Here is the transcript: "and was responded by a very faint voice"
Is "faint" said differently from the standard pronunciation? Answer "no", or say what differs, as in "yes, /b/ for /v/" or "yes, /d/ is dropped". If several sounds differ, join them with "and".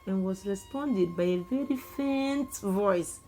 no